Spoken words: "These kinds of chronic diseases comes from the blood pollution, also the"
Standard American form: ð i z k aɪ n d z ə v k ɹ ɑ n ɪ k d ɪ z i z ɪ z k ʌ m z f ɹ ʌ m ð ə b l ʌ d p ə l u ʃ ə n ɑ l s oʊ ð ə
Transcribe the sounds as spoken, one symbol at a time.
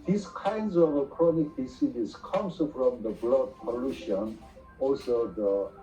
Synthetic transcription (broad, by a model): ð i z k aɪ n d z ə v k ɹ ɑ n ɪ k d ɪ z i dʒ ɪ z k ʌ m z f ɹ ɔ m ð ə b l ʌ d p ə l u ʃ ə n ɑ l s oʊ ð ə